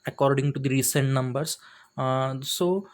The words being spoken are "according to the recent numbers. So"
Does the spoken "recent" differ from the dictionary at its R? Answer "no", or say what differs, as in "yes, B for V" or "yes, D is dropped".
no